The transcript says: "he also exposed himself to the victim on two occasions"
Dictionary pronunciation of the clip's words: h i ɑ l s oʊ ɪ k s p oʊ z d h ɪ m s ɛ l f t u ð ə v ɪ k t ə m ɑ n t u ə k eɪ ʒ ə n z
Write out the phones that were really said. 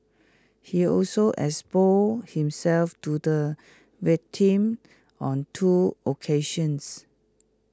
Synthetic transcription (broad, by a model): h i ɑ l s oʊ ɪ s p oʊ h ɪ m s ɛ l f t u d ə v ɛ t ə m ɑ n t u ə k eɪ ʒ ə n s